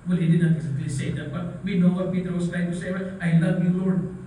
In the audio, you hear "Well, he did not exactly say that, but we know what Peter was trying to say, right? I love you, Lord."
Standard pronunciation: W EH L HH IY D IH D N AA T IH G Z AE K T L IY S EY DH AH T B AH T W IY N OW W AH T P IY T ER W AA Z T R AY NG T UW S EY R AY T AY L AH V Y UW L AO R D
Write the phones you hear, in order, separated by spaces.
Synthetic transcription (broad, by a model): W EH L HH IY D IH D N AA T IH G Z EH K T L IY S EY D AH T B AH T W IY N OW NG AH P IY T ER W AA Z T L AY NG T UW S EY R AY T AY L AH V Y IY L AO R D